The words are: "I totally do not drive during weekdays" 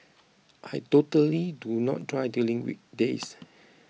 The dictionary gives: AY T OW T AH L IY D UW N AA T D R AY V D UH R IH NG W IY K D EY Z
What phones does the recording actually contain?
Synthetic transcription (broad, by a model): AY T OW T AH L IY D UW N AA T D R AY D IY L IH NG W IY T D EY S